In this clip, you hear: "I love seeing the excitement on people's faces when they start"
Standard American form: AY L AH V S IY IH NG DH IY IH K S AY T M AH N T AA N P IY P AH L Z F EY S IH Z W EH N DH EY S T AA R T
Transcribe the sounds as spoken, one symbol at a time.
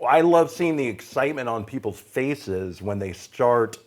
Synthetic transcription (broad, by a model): AY L AH V S IY IH NG DH IY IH K S AY T M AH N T N P IY P L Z F EY S IH Z W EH N DH EY S T AA R T